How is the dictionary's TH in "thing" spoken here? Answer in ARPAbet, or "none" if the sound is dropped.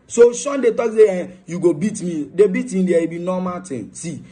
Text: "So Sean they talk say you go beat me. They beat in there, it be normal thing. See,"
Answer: T